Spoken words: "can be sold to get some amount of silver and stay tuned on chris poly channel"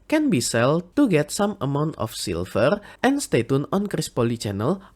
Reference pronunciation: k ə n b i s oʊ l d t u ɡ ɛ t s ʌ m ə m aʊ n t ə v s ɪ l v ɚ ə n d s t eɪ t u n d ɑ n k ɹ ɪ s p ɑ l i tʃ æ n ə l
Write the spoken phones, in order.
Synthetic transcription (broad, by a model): k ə n b i s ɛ l t u ɡ ɛ t s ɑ m ə m aʊ n t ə f s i l f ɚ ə n s t eɪ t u n ɑ n k ɹ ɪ s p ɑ l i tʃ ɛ n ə l